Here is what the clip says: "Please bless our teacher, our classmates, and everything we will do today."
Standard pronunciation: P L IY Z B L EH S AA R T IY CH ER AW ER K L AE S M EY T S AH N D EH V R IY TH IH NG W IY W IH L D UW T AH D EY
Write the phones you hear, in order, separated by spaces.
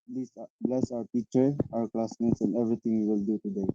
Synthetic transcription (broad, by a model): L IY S B L EH S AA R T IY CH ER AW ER K L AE S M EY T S AH N D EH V R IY T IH NG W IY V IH L D UW T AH D EY